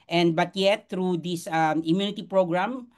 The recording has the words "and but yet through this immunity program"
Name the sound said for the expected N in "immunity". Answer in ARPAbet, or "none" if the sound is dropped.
N